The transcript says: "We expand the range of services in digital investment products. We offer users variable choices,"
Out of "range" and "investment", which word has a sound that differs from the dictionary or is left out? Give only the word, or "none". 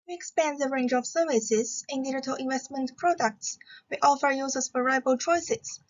none